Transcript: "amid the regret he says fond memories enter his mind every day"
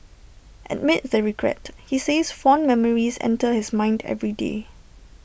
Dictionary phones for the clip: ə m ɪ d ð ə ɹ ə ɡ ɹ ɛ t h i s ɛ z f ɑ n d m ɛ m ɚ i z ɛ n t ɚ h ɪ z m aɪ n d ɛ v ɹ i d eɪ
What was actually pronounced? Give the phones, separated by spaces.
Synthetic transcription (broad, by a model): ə m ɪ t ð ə ɹ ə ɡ ɹ ɛ t h i s ɛ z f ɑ n m ɛ m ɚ i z ɛ n t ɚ h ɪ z m aɪ n d ɛ v ɹ i d eɪ